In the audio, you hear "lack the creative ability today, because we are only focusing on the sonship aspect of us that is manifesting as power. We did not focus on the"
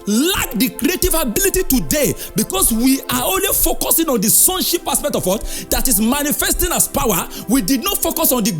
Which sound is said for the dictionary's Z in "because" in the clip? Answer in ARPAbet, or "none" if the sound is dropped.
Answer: S